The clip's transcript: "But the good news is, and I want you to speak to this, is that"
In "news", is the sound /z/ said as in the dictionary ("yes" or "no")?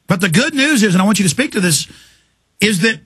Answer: yes